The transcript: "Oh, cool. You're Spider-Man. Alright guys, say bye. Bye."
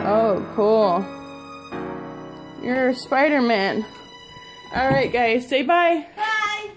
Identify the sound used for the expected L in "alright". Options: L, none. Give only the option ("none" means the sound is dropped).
L